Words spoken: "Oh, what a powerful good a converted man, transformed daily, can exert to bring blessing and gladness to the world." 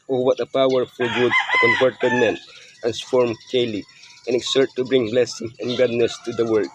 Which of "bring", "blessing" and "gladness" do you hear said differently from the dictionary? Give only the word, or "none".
gladness